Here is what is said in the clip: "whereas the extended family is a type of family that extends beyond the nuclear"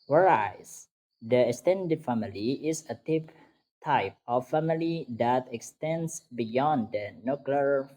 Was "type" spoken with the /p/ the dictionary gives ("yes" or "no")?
yes